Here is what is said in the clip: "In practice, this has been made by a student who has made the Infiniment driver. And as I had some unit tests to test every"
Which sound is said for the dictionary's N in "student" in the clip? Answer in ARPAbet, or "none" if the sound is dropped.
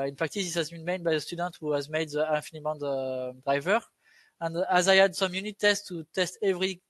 N